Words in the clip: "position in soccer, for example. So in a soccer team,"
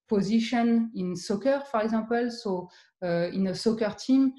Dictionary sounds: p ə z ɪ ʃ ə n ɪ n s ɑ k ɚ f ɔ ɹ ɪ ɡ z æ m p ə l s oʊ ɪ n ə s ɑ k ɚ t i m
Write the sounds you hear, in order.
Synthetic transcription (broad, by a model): p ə z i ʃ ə n ɪ n s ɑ k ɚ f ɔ ɹ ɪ ɡ z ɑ p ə l s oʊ ɪ n ə s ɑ k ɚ t i m